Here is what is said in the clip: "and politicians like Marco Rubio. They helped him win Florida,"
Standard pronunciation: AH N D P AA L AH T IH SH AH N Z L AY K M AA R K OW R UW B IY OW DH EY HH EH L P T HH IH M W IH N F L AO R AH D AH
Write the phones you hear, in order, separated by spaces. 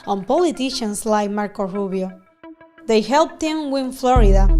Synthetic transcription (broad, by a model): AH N P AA L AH T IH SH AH N S L AY K M AA R K OW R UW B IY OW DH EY HH EH L P T HH IH M W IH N F L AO R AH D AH